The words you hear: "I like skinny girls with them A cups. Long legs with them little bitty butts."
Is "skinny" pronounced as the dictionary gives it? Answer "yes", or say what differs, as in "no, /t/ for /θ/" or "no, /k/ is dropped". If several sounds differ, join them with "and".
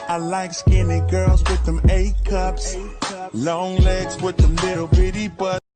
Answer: yes